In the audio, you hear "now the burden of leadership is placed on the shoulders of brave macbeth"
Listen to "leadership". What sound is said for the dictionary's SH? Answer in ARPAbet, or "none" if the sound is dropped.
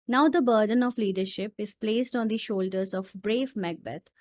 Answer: SH